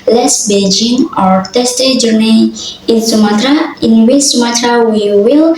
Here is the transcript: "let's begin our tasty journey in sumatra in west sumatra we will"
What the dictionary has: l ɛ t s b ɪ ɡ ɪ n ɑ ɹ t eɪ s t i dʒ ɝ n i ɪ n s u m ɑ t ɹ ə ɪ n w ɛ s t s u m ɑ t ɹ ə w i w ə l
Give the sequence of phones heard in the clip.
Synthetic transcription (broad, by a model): l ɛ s b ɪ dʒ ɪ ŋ ɑ ɹ t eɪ s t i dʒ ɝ n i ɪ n s u m ɑ t ɹ ə ɪ n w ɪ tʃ s u m ɑ t ɹ ə w i w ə l